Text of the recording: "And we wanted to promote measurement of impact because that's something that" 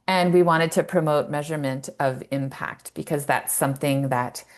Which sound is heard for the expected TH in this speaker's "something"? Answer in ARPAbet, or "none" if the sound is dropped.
TH